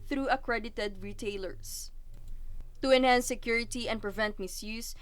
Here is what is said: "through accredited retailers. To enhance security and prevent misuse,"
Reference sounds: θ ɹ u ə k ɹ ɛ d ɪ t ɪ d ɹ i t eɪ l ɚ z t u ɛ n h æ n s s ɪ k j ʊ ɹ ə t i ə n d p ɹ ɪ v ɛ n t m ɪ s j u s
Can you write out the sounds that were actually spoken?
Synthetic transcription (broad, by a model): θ ɹ u ə k ɹ ɛ d ɪ t ɪ d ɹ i t eɪ l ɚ s t u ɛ n h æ n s s ɪ k j ʊ ɹ ə t i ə n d p ɹ ɪ v ɛ n t m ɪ s j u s